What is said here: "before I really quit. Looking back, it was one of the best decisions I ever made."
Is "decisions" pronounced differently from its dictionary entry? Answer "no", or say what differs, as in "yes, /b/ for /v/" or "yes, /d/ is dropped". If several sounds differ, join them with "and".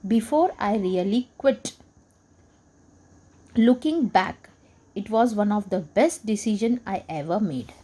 yes, /z/ is dropped